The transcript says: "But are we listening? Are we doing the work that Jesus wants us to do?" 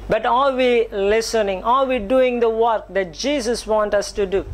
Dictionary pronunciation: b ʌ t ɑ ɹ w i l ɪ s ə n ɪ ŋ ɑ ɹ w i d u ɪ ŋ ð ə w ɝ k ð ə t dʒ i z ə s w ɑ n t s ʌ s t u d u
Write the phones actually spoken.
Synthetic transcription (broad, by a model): b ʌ t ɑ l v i l ɪ s ə n ɪ ŋ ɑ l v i d u ɪ ŋ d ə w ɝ k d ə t dʒ i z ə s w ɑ n t ʌ s t u d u